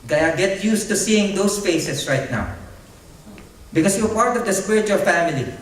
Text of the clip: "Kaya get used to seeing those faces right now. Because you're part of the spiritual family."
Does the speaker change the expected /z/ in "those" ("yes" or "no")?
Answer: yes